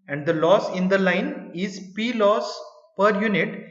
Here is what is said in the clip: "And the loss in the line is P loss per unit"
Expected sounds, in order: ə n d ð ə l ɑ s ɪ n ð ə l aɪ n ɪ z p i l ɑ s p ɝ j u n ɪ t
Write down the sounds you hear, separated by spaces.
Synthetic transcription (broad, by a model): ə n d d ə l ɑ s ɪ n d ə l aɪ n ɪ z p i l ɑ s p ɝ j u n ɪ t